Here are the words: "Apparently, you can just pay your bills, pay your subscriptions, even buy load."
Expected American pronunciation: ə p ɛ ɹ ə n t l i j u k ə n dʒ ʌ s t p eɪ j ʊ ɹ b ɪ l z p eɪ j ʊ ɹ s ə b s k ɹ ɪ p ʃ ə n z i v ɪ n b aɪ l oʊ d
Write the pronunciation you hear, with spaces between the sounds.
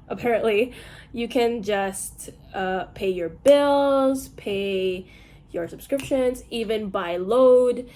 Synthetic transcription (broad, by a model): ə p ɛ ɹ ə n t l i j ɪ k ə n dʒ ʌ s t p eɪ j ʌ ɹ b ɪ l z p eɪ j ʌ ɹ s ə b s k ɹ ɪ p ʃ ə n z i v ɪ n b aɪ l oʊ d